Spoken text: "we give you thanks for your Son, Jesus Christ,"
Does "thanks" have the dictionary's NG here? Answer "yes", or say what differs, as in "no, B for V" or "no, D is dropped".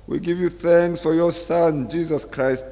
yes